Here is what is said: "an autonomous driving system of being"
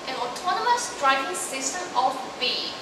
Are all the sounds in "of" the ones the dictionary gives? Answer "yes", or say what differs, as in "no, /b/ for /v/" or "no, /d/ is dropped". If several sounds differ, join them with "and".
no, /f/ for /v/